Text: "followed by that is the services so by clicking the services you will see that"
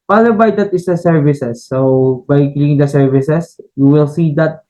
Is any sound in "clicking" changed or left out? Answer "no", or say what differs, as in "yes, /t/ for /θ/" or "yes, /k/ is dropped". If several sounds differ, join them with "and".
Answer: yes, /l/ is dropped